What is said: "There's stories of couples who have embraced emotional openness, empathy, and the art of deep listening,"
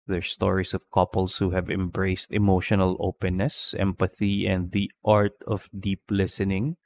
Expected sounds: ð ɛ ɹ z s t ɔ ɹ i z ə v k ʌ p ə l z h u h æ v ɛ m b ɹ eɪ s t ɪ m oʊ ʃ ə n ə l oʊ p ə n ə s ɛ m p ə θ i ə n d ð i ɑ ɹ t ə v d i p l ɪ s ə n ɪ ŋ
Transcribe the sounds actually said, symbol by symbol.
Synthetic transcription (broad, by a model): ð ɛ ɹ s t ɔ ɹ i s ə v k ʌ p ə l s h u h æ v ɛ m b ɹ eɪ s t ɪ m oʊ ʃ ə n ə l oʊ p ə n ə s ɛ m p ə θ i ə n d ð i ɑ ɹ t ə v d i p l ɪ s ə n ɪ ŋ